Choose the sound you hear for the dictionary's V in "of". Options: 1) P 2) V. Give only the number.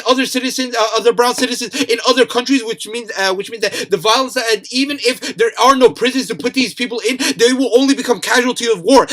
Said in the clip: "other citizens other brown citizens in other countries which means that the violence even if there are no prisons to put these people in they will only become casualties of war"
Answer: 2